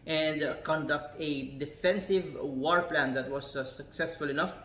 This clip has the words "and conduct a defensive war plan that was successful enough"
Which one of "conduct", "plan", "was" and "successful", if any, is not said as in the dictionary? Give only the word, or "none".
none